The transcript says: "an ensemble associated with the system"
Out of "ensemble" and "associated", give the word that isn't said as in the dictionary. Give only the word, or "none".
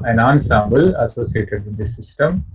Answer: none